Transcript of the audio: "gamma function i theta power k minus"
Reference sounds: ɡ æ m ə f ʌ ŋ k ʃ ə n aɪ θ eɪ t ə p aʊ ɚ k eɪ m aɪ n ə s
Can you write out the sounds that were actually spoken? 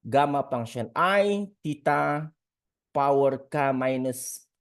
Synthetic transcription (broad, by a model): ɡ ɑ m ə p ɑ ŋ ʃ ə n aɪ t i t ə p aʊ ɚ k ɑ m aɪ n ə s